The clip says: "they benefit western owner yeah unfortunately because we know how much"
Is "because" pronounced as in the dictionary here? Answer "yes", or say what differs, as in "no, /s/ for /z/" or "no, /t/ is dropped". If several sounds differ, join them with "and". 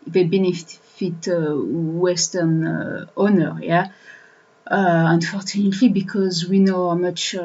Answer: yes